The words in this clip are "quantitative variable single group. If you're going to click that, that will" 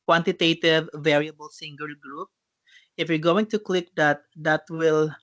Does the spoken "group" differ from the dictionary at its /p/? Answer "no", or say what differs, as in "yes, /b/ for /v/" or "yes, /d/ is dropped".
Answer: no